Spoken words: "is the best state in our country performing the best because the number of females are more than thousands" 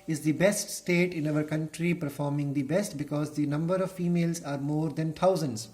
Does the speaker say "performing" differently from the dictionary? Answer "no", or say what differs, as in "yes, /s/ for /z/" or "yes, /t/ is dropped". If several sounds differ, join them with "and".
no